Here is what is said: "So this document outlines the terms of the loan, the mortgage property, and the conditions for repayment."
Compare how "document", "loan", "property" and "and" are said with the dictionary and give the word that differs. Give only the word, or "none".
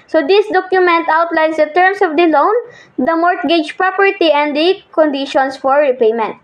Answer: none